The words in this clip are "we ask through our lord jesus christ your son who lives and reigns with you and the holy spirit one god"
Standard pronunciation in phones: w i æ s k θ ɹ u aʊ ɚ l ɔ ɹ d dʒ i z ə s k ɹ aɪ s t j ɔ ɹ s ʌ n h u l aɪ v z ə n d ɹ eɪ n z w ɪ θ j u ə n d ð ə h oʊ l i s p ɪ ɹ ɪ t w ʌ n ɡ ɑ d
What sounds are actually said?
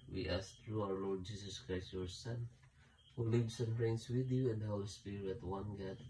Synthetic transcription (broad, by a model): w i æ s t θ ɹ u aʊ ɚ l ɔ ɹ d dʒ i s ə s k ɹ aɪ s t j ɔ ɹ s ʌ n h u l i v s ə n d ɹ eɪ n s w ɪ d j u ə n d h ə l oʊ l s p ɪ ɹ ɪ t w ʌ n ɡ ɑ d